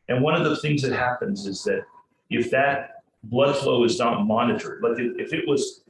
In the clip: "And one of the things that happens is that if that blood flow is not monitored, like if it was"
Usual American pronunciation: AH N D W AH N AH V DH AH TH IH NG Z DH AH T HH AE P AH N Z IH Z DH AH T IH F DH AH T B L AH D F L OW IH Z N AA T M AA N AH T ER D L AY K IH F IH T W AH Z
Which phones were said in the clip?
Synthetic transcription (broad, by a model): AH N W AH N AH V DH AH TH IH NG Z DH AH T HH AE P AH N Z IH Z DH AH T IH F DH AH T B L AH D F L OW IH Z N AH T M AA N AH T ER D L AY K IH F IH T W AH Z